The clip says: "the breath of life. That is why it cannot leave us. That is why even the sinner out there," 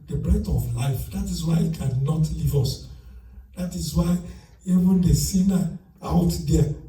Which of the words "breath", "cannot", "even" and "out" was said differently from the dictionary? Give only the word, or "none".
breath